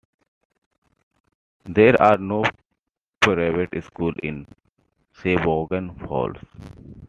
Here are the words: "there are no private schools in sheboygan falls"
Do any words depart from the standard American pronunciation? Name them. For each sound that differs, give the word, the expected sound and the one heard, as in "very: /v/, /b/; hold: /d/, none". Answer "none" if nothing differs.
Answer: schools: /z/, none; sheboygan: /ʃ/, /s/; falls: /z/, /s/